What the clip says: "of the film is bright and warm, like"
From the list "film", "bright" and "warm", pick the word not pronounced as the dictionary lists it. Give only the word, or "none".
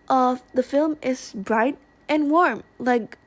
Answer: none